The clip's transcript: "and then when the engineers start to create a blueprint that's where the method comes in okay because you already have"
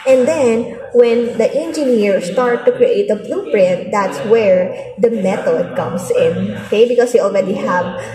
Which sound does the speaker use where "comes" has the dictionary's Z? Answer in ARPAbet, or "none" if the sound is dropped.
S